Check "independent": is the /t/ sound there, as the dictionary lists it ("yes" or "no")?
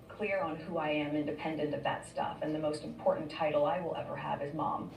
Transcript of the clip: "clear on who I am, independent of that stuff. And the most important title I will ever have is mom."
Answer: yes